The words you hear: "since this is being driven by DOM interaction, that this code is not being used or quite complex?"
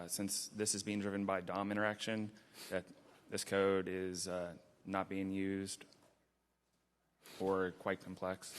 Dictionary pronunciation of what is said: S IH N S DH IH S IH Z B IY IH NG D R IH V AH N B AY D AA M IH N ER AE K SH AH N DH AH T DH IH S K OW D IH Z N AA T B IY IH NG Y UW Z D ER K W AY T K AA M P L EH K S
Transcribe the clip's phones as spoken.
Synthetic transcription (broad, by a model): S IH N S DH IH S IH Z B IY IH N D R IH V AH N B AY D AA M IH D ER AE K SH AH N DH AH T DH IH S K OW D IH Z N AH T B IY IH NG Y UW Z D ER K W AY T K M P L EH K S